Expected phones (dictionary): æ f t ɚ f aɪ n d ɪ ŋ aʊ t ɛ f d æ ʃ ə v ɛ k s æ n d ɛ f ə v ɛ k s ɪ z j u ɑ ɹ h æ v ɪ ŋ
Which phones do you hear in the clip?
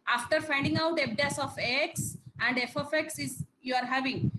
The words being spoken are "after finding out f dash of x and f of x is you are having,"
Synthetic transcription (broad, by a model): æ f t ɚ f aɪ n d ɪ ŋ aʊ t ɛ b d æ s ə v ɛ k s æ n d ɛ f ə f ɛ k s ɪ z j u ɑ ɹ h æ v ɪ ŋ